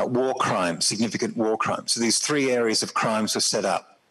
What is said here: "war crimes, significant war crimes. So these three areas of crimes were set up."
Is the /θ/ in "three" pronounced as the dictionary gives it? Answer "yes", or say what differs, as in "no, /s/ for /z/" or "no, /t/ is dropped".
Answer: yes